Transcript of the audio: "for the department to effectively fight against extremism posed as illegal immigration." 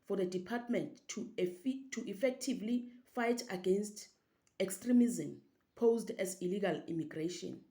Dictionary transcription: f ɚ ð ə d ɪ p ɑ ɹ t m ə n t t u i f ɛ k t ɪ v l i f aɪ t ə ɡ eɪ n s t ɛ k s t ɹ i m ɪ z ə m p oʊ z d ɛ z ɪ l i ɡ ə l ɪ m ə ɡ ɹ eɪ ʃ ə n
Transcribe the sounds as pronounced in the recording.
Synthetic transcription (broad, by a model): f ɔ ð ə d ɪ p ɑ t m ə n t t u i f ɛ k t ɪ v l i f aɪ t ə ɡ eɪ n s t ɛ k s t ɹ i m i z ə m p oʊ z d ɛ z ɪ l i ɡ ə l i m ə ɡ ɹ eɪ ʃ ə n